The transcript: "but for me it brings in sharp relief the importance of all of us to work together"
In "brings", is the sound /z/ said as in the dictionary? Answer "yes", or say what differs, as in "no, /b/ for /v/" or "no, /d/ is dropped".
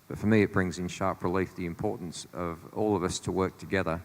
yes